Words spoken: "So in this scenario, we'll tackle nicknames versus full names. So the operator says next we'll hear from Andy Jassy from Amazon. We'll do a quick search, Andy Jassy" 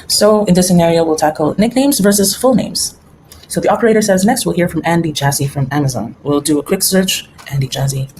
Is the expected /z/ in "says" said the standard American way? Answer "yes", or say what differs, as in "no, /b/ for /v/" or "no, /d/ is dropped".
yes